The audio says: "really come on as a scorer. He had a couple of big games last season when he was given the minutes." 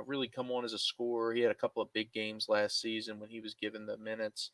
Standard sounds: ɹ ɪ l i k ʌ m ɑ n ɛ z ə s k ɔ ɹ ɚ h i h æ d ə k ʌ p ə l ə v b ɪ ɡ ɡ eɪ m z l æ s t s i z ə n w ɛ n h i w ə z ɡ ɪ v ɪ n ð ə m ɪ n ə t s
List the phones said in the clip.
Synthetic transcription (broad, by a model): ɹ ɪ l i k ʌ m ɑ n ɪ z ə s k ɔ ɹ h i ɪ d ə k ʌ p l ə v b ɪ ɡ ɡ eɪ m z l æ s t s i z ə n w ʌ n i w ə z ɡ ɪ v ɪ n ð ə m ɪ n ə t s